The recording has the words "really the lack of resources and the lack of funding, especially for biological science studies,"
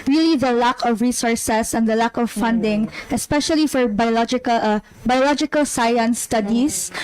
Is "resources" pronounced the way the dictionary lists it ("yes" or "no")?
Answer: no